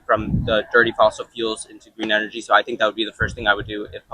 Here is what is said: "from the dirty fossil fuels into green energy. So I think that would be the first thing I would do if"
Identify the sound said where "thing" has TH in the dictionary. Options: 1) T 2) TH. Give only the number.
2